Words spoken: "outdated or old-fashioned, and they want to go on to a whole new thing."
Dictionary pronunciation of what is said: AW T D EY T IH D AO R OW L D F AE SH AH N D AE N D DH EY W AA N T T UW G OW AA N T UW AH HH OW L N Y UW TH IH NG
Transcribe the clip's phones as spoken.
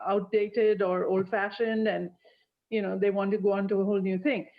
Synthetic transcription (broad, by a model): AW T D EY T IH D AO R OW L D F AE SH AH N D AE N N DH EY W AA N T T UW G OW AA N T UW AH HH OW L N Y UW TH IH NG